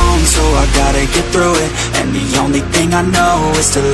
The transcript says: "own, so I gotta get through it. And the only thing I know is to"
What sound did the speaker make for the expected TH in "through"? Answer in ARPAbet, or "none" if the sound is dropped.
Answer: TH